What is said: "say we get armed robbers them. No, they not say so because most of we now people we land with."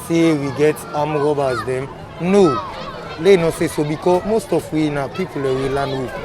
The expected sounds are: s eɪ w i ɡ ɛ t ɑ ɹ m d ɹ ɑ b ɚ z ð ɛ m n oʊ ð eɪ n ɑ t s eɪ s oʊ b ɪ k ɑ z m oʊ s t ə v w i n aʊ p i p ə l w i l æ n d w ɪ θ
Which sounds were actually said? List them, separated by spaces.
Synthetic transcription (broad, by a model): s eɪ w i ɡ ɛ t ɑ m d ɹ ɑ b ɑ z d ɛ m n oʊ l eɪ n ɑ s eɪ s oʊ b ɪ k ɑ m oʊ s t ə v w i n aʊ p i p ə l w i l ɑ n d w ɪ